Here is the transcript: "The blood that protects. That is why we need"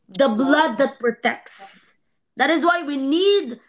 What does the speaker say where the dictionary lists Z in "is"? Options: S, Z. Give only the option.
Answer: Z